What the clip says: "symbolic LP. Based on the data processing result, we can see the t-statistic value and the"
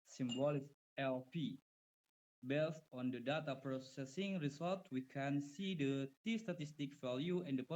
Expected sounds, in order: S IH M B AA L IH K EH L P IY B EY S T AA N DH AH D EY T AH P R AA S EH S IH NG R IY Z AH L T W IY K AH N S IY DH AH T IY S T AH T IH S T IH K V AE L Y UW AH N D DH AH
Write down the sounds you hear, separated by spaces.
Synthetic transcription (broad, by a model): S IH M B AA L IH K EH L P IY B EY S T AA N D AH D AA T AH P R AA S EH S IH NG R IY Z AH L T W IY K AH N S IY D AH T IY S T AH T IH S T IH K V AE L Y UW AH N D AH